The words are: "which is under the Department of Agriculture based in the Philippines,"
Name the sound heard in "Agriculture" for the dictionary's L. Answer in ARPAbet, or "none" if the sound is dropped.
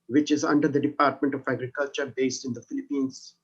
L